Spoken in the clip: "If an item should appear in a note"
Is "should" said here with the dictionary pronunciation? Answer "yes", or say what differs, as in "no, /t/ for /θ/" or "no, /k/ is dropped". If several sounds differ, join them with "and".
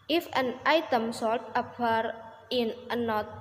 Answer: no, /s/ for /ʃ/